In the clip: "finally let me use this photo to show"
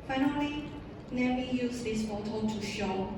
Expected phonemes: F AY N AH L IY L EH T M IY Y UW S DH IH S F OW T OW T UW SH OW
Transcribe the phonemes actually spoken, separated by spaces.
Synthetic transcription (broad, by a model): F AY N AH L IY N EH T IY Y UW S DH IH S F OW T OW T UW SH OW